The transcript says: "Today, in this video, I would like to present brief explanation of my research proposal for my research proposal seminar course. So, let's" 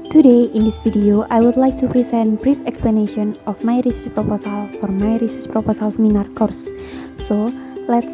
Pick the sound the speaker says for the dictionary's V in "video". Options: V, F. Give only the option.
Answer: F